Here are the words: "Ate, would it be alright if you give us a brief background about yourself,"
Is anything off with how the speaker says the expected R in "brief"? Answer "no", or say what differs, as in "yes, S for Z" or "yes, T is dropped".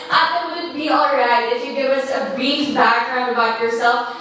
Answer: yes, R is dropped